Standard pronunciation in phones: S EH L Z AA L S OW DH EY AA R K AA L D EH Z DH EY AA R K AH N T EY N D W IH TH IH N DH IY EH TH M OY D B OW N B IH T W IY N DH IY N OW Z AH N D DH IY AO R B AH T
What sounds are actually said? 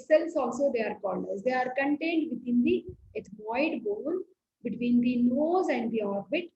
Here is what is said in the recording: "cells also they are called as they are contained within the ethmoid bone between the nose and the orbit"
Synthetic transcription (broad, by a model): S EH L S AA L S OW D EY AA R K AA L D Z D EY AA R K AH N T EY N D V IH T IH N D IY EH T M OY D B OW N B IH T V IY N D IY N OW Z AH N D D IY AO R B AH T